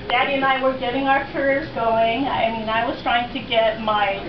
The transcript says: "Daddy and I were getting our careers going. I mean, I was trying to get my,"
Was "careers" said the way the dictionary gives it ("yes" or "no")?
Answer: yes